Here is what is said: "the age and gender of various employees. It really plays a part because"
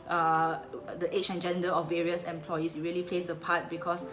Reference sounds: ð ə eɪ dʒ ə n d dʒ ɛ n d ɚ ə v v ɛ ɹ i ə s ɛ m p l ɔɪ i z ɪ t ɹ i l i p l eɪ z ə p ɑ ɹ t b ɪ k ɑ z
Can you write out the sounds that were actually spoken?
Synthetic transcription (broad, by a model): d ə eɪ tʃ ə n dʒ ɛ n d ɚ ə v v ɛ ɹ i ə s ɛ m p l ɔɪ i s ɪ t ɹ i l i p l eɪ s ə p ɑ t b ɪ k ɑ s